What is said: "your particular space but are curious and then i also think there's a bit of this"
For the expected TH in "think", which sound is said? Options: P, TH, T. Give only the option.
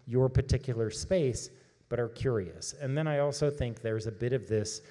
TH